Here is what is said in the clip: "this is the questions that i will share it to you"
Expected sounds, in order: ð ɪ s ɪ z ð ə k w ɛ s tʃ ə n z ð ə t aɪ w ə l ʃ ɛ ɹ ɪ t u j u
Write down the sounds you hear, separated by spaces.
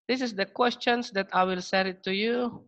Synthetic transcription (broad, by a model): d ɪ s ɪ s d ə k w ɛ s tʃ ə n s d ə t aɪ w ə l s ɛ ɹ ɪ t u j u